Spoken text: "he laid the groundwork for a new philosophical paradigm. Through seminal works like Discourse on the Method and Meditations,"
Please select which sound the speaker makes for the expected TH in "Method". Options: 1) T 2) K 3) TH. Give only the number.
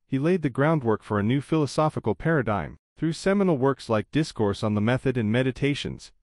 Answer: 3